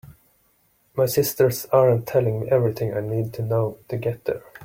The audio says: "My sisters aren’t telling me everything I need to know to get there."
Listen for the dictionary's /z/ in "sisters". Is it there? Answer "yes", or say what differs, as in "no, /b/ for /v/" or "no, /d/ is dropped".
no, /s/ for /z/